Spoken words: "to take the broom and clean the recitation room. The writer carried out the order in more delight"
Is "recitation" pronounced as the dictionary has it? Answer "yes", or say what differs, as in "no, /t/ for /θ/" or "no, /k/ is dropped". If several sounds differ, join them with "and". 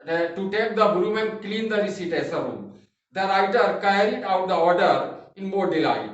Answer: no, /s/ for /ʃ/